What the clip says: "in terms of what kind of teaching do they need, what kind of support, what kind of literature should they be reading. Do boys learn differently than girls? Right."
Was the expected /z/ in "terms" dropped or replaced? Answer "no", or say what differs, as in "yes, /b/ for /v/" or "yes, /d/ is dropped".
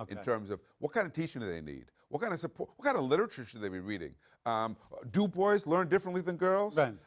no